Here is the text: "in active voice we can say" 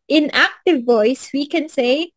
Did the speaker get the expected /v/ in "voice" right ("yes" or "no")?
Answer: yes